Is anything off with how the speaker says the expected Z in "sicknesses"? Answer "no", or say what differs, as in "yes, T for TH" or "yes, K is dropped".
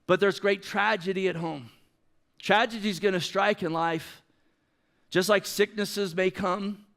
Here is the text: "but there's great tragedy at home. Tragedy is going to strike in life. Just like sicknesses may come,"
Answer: no